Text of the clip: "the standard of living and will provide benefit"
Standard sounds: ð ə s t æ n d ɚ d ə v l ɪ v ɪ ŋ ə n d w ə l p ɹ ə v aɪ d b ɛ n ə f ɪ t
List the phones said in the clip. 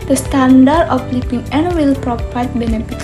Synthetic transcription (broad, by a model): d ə s t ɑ n d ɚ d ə f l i p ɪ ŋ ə n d w ə l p ɹ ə p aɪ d b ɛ n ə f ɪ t